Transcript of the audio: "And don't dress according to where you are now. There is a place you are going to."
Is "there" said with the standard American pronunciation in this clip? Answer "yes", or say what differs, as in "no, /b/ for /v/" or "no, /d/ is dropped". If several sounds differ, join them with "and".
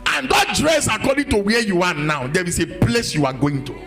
no, /w/ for /ɹ/